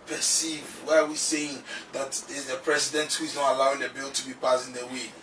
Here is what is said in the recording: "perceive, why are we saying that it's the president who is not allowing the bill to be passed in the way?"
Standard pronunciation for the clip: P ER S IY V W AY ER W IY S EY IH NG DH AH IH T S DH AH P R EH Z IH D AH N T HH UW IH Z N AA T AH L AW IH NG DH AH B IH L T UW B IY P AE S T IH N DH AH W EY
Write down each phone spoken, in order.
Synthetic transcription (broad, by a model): P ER S IY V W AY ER W IY S EY IH NG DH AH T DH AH P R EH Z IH D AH N T HH UW IH Z N AA T AH L AW IH NG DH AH B IH L T UW B IY P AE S IH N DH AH W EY